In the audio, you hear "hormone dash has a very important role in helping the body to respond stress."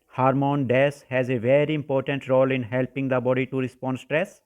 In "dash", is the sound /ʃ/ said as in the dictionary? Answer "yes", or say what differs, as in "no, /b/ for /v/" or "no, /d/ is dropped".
no, /s/ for /ʃ/